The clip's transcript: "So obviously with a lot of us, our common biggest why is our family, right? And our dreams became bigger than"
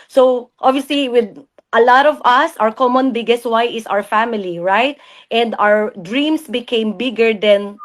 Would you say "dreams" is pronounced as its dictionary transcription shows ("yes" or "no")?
no